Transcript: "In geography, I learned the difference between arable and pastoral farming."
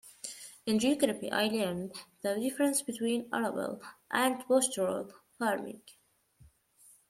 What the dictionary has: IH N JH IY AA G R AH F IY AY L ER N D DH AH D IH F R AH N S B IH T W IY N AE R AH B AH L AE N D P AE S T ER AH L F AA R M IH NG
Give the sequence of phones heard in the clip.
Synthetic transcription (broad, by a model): IH N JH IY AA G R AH P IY AY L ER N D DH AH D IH F R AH N S B IH T W IY N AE R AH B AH L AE N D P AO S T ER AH L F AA R M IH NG